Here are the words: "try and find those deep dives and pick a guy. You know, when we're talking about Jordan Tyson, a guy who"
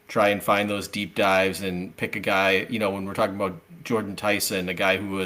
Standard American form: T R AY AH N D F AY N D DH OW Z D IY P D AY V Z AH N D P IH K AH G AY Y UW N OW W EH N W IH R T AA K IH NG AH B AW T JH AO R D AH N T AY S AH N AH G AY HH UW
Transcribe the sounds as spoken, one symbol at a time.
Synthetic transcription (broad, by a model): T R AY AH N F AY N DH OW Z D IY P D AY V Z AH N P IH K AH G AY Y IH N OW W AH N W IH R T AA K IH NG AH B AW T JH AO R D N T AY S AH N AH G AY HH UW